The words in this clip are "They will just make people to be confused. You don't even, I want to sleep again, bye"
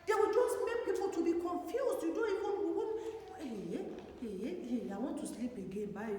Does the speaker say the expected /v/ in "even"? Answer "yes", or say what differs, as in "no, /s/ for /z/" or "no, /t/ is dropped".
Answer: no, /w/ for /v/